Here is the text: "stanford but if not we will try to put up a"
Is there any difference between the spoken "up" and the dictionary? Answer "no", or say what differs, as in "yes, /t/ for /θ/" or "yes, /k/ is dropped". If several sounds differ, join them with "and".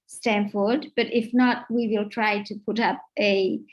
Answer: no